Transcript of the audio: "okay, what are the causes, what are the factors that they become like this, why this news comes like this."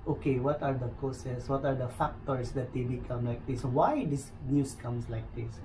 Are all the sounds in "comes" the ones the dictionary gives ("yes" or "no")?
no